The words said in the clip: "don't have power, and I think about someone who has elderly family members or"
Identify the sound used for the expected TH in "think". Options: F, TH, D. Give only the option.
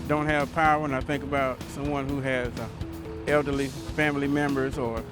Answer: TH